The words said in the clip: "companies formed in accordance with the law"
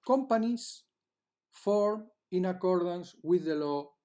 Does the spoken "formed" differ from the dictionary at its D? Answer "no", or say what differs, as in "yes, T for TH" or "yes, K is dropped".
yes, D is dropped